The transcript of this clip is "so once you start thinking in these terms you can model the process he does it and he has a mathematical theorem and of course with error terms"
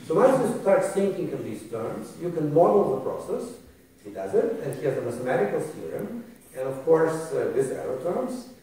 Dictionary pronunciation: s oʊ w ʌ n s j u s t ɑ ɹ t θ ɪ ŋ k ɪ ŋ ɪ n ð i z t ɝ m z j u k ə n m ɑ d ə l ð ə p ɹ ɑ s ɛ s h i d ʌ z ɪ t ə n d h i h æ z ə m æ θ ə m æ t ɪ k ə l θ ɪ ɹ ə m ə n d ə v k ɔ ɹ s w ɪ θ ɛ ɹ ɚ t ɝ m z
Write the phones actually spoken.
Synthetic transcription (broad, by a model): s oʊ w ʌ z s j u s t ɑ ɹ t s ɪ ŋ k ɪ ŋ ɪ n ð i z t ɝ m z j u k ə n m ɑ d l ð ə p ɹ ɑ s ɛ s h i d ʌ z ɪ t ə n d h i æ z ə m æ θ ə m æ t ɪ k ə l s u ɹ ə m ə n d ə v k ɔ ɹ s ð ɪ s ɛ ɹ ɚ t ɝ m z